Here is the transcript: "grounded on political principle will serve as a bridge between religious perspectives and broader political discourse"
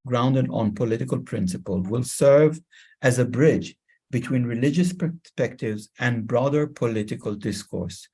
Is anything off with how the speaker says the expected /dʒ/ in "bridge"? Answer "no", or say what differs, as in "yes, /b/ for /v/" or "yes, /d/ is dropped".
no